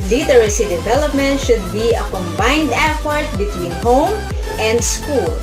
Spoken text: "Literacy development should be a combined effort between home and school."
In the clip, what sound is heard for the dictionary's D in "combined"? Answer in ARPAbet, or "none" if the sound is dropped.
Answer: D